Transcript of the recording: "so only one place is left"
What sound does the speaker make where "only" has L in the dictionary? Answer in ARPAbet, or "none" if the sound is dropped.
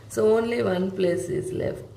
L